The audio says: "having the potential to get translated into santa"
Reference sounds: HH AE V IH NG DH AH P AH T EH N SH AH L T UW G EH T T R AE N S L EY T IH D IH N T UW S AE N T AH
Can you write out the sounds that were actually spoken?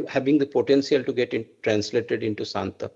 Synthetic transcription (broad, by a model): HH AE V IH NG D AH P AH T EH N S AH L T UW G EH T T R AE N S L EY T IH D IH N T UW S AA N T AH